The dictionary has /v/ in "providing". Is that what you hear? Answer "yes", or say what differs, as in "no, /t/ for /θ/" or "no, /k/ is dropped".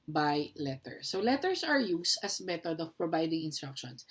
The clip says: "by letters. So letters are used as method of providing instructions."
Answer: no, /b/ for /v/